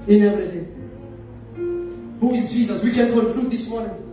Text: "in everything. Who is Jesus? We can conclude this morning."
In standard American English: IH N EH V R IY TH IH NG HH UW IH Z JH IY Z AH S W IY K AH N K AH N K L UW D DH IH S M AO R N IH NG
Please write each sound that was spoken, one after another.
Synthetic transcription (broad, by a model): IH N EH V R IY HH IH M HH UW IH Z JH IY Z AH S W IY K AH N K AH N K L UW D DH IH S M AO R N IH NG